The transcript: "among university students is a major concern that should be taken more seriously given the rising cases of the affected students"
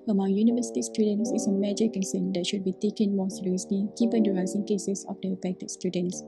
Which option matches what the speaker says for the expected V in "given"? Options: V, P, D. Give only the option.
P